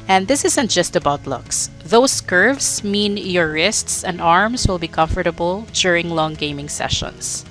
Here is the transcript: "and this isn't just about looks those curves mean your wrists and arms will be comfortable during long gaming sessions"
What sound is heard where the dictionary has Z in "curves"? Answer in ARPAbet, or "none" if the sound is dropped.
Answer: S